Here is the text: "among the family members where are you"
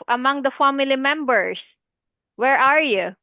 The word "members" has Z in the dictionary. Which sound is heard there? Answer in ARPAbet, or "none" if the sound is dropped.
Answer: S